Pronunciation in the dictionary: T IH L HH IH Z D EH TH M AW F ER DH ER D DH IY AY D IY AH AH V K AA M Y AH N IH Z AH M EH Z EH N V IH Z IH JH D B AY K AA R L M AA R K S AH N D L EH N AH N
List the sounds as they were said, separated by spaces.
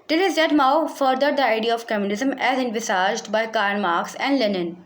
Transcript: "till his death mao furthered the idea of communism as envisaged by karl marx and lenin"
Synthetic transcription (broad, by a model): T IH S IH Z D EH T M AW F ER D ER D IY AY D IY AH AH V K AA M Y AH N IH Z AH M EH Z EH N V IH S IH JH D B AY K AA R N M AA R K S AH N D L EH N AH N